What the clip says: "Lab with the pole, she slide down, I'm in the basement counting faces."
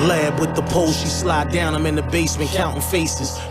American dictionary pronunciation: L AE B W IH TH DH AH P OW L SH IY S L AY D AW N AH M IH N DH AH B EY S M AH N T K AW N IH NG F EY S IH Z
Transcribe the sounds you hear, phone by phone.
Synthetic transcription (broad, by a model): L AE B W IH DH AH P OW L SH IY S L AY D AW N AH M IH N DH AH B EY S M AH N K AW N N F EY S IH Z